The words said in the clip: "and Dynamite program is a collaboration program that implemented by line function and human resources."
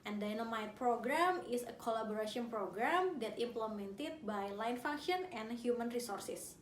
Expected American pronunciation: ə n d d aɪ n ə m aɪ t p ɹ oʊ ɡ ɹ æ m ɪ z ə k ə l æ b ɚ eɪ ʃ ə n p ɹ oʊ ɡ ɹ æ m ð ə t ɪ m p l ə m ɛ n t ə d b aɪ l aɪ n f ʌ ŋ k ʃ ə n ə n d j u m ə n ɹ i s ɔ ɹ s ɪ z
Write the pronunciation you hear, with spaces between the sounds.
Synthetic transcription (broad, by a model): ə n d d aɪ n ə m aɪ t p ɹ oʊ ɡ ɹ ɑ m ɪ s ə k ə l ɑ b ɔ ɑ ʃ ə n p ɹ oʊ ɡ ɹ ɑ m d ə t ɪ m p l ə m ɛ n t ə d b aɪ l aɪ n f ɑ ŋ k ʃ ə n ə n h j u m ə n ɹ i s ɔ ɹ s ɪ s